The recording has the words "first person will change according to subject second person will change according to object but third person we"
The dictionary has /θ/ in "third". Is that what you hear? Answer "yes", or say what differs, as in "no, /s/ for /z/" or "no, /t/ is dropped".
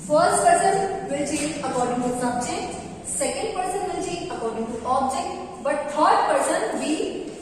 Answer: no, /t/ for /θ/